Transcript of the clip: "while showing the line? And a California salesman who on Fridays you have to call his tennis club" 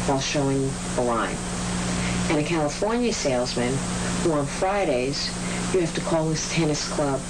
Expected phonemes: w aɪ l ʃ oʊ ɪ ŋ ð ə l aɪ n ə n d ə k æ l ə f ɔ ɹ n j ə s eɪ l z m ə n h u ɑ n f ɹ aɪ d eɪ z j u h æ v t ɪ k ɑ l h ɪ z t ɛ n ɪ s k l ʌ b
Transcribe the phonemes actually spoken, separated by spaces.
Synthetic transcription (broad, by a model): w aɪ l ʃ oʊ ɪ ŋ ð ə l aɪ n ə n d ə k æ l ə f ɔ ɹ n j ə s eɪ l z m ə n h u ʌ n f ɹ aɪ d eɪ z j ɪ h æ f t ɪ k ɑ l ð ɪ s t ɛ n ɪ s k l ʌ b